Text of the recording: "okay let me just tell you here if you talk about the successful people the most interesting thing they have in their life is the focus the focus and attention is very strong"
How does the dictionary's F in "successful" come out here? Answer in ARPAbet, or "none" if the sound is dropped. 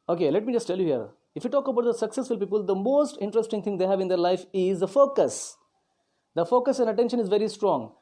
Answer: F